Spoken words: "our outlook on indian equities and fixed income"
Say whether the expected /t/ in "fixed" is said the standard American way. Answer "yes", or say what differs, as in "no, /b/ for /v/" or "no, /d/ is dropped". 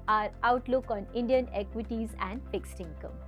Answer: yes